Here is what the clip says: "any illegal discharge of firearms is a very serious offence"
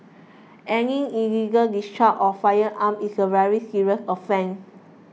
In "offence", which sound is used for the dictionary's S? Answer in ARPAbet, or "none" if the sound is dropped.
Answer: none